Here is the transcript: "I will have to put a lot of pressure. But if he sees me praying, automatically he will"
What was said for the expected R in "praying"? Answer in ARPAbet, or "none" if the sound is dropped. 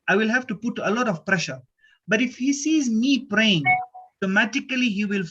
R